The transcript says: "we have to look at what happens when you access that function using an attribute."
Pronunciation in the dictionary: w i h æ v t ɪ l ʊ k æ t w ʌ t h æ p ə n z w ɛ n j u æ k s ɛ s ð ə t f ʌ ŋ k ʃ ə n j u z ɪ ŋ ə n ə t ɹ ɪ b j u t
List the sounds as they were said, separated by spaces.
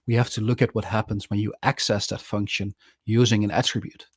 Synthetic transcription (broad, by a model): w i h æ f t ɪ l ʊ k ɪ t w ʌ t h æ p ə n z w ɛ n j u æ k s ɛ s ð ə t f ʌ ŋ k ʃ ə n j u z ɪ ŋ ə n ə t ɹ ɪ b j u t